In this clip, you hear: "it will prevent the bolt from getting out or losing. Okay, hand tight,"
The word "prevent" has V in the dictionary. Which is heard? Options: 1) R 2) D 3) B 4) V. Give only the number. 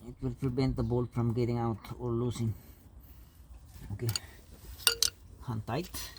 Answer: 3